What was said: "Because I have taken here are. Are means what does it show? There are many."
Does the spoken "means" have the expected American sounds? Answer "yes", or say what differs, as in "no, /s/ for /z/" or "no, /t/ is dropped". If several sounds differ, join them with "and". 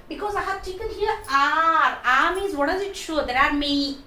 no, /n/ is dropped